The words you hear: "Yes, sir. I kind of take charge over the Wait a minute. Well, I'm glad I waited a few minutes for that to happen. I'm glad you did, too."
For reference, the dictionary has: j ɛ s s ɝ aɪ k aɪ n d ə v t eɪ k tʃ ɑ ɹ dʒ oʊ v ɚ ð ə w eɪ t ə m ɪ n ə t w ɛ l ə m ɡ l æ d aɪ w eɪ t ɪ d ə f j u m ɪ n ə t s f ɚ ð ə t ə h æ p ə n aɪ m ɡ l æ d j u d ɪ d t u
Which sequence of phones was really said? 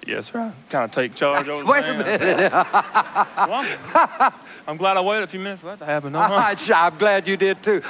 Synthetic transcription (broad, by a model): j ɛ s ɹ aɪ k aɪ n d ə t eɪ k tʃ ɑ ɹ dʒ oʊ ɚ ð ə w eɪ ə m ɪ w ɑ ə m ɡ l æ d aɪ w eɪ ɪ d ə f j u m ɪ n ə t s f ɚ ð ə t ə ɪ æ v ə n aɪ m ɡ l æ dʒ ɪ d ɪ d t u